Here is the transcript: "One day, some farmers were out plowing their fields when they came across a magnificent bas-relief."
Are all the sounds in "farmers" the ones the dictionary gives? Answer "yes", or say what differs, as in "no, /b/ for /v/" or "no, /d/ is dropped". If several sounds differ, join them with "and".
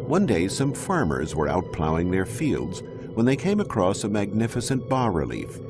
yes